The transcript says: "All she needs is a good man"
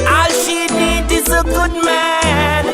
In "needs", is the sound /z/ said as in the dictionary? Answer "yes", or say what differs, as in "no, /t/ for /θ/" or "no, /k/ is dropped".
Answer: no, /z/ is dropped